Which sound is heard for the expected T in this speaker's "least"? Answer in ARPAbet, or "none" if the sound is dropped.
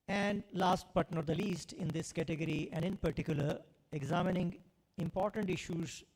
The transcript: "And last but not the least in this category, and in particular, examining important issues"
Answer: T